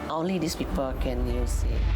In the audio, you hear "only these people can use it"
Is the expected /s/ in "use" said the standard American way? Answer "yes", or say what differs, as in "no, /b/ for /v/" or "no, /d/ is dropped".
yes